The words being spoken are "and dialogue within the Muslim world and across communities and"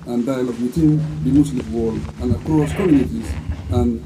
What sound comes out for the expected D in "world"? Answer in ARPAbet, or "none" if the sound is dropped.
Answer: none